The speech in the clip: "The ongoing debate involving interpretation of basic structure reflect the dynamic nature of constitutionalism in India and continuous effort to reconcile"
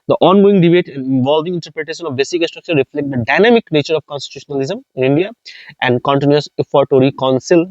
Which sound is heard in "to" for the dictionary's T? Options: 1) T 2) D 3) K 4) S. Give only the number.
1